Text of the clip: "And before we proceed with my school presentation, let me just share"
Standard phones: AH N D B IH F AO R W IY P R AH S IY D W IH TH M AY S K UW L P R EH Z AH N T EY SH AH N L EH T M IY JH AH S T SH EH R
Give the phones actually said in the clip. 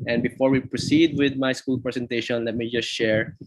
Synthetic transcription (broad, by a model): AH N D B IH F AO R W IY P R AH S IY D W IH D M AY S K UW L P R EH S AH N T EY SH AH N L EH T M IY JH AH S T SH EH R